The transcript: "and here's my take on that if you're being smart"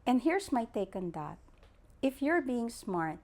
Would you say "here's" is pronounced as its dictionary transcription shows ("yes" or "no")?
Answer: no